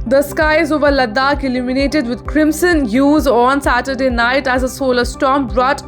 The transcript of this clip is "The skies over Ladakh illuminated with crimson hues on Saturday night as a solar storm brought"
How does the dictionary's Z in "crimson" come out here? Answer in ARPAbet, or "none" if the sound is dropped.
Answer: S